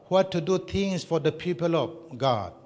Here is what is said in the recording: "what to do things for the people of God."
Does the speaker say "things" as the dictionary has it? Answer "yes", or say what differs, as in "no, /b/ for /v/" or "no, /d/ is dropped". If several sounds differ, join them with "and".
no, /t/ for /θ/ and /s/ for /z/